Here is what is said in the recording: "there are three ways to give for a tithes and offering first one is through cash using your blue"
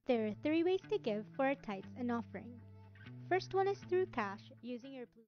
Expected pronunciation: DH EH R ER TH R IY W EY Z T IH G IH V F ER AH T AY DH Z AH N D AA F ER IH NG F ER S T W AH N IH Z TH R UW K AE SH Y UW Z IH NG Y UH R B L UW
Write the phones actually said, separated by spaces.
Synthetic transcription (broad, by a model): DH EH R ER TH R IY W EY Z T IH G IH V F ER AH T AY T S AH N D AA F ER IH NG F ER S T W AH N IH Z TH R UW K AE SH Y UW Z IH NG Y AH R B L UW